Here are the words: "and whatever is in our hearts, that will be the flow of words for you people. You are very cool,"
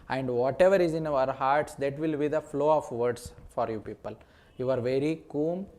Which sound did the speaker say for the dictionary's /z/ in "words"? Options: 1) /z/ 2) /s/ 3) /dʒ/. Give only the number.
2